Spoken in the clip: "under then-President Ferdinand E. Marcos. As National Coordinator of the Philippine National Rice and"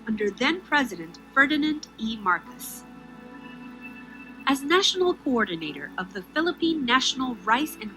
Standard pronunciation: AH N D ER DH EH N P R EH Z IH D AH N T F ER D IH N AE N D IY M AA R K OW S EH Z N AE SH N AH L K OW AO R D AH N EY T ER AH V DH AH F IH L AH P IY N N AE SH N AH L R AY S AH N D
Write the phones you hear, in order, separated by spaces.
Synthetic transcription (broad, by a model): AH N D ER DH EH N P R EH Z IH D AH N T F ER D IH N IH N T IY M AA R K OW S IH Z N AE SH N L K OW AO R D N EY T ER AH V DH AH F IH L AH P IY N N AE SH N L R AY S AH N